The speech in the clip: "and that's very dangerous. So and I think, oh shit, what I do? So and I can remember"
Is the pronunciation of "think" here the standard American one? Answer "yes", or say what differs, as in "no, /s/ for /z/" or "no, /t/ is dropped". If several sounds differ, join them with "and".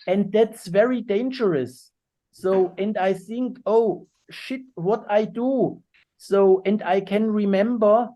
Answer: yes